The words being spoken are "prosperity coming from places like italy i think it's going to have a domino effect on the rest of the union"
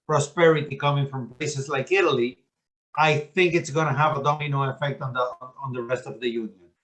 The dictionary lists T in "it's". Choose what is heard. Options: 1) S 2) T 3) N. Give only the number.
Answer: 2